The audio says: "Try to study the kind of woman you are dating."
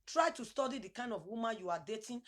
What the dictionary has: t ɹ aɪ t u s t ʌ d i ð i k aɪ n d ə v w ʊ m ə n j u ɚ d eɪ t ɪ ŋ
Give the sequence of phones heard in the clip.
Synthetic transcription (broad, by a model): t ɹ aɪ t u s t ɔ d i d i k aɪ n d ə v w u m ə n j u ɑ d eɪ t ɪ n